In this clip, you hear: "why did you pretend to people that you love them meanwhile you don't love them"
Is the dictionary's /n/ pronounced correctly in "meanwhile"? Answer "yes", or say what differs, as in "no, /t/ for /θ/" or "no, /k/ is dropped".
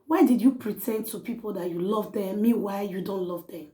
no, /n/ is dropped